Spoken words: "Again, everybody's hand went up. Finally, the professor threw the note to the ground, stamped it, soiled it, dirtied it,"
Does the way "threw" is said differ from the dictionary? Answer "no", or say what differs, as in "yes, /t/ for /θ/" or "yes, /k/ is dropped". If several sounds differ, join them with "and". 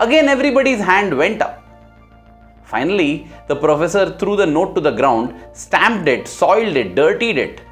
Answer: yes, /t/ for /θ/